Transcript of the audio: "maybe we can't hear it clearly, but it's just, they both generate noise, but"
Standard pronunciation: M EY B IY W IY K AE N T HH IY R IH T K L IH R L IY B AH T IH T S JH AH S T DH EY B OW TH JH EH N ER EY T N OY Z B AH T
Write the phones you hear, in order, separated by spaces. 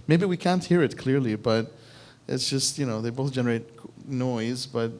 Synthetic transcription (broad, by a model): M EY B IY W IY K AE N T HH IY R IH T K L IH R L IY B AH T IH T S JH AH S T DH EY B OW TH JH EH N ER EY T N OY Z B AH T